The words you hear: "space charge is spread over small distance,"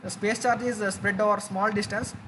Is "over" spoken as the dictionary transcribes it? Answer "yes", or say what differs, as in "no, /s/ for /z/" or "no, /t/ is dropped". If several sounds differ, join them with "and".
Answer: yes